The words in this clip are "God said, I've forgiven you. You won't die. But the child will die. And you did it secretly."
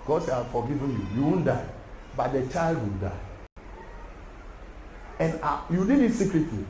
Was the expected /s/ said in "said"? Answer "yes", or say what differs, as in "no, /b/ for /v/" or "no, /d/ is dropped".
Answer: no, /ʃ/ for /s/